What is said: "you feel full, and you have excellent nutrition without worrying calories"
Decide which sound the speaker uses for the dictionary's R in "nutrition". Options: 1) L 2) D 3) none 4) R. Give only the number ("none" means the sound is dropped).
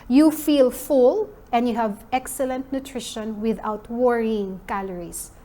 4